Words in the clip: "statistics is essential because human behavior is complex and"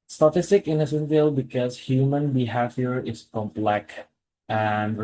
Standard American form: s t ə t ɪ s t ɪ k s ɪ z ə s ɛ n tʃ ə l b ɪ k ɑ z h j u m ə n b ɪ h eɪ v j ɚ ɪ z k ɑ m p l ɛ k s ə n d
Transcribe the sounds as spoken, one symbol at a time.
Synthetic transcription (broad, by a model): s t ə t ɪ s t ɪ k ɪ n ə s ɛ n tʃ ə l b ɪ k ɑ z h j u m ə n b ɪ h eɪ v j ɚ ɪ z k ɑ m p l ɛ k ə n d